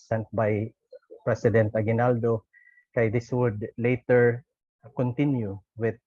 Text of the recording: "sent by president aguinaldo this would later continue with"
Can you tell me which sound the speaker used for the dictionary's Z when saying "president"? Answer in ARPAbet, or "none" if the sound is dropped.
S